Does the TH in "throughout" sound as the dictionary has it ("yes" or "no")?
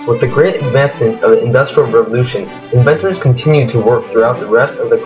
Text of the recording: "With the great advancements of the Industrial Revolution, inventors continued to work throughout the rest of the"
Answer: yes